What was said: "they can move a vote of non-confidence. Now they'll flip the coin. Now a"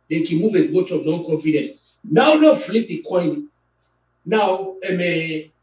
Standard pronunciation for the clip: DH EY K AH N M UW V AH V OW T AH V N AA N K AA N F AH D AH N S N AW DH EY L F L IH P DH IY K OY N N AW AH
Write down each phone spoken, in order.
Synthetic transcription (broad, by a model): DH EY K AH N M UW V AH W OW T AH V N AA N K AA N F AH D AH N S N AW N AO F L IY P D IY K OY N N AW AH